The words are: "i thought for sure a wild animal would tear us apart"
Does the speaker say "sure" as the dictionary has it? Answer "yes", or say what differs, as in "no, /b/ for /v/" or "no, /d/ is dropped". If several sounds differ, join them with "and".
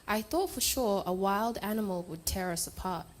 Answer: yes